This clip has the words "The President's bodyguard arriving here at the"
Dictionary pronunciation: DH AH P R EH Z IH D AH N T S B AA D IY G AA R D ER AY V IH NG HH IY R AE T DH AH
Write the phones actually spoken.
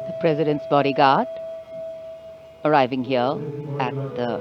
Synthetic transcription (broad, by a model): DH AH P R EH Z IH D AH N T S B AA D IY G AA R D ER AY V IH NG HH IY L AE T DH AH